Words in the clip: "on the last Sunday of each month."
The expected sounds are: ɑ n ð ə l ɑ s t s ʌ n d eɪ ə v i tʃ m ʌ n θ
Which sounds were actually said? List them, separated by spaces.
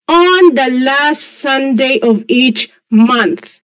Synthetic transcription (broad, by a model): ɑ n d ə l ɑ s t s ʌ n d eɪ ə v i tʃ m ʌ n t